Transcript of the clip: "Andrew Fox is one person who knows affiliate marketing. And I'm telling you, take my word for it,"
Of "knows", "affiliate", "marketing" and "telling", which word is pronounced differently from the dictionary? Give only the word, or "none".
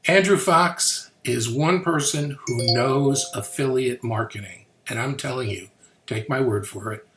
none